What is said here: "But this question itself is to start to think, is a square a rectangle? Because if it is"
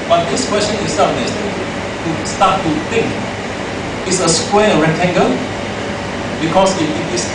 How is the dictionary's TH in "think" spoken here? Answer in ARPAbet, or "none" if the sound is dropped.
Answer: T